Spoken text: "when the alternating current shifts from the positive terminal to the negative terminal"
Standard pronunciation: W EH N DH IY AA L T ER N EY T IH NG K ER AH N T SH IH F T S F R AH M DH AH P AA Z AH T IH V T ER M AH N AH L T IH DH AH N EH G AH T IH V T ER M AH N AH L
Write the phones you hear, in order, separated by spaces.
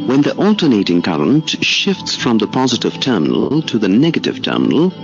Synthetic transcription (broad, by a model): W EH N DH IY AA L T ER N EY T IH NG K ER AH N T SH IH F T S F R AH M DH AH P AA Z AH T IH V T ER M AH N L L T IH DH AH N EH G AH T IH V T ER M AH N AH L